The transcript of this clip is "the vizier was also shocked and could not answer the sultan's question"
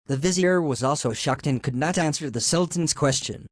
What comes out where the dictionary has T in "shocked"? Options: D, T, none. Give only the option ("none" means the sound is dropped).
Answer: T